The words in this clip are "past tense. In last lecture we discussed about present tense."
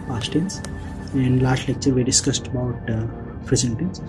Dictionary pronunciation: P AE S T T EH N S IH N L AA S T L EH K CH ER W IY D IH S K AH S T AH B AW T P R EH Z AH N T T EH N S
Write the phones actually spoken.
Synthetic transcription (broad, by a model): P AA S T T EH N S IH N L AA S T L EH K CH ER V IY D IH S K AH S T AH B AW T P R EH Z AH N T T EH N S